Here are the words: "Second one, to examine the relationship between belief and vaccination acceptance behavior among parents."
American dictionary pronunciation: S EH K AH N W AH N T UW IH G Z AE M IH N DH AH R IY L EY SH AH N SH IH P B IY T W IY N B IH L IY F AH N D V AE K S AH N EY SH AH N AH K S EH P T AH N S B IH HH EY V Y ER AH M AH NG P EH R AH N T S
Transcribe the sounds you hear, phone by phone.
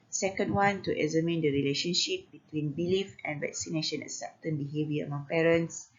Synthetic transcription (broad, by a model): S EH K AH N W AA N T UW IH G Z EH M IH N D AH R IY L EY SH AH N SH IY P B IY T W IY N B IH L IY F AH N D V AE K S AH N EY SH AH N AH S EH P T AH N B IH HH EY V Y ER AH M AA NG P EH R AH N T S